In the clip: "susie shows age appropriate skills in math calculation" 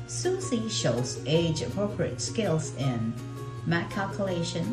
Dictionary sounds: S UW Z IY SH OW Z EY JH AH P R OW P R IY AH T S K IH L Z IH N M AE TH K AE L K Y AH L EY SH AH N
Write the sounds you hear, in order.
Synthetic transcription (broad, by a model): S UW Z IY SH OW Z EY JH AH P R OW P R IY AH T S K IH L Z IH N M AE T K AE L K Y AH L EY SH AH N